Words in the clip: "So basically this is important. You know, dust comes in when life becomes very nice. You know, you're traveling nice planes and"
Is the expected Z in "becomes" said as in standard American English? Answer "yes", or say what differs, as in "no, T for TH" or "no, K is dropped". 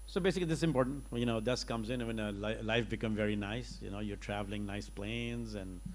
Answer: no, Z is dropped